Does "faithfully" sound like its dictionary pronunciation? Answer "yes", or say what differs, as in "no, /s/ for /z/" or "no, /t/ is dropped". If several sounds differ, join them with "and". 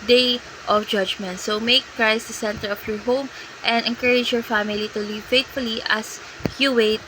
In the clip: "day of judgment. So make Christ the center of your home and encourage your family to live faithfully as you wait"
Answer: no, /t/ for /θ/